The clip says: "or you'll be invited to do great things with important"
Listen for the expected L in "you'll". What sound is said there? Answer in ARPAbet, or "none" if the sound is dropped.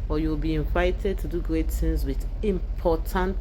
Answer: W